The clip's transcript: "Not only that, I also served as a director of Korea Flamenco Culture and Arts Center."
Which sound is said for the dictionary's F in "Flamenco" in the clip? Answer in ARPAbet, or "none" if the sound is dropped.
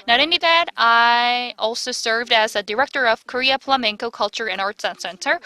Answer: P